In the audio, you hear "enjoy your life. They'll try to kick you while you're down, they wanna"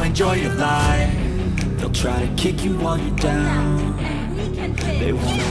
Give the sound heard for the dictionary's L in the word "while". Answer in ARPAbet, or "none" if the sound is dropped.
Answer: N